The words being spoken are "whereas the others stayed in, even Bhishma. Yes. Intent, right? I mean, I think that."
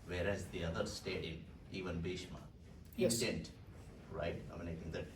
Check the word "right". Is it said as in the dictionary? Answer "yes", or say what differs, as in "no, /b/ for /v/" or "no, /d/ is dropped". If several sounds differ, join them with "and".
yes